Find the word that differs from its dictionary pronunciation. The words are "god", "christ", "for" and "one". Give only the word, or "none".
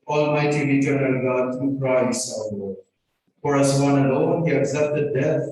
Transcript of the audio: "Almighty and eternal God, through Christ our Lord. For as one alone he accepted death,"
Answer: christ